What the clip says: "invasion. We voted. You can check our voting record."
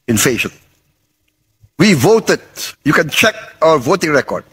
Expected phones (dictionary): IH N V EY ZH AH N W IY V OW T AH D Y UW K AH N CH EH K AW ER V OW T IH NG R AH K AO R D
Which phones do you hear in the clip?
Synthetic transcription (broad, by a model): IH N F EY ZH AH N W IY V OW T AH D Y UW K AH N CH EH K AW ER V OW T IH NG R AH K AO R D